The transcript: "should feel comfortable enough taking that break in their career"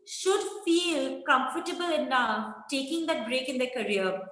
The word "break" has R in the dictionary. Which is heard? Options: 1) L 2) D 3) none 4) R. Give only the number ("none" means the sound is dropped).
4